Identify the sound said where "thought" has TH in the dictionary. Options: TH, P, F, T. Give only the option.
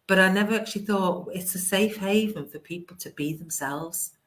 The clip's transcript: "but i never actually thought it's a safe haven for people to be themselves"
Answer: TH